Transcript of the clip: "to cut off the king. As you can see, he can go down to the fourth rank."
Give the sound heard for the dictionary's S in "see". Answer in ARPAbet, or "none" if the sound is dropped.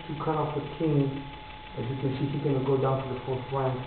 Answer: SH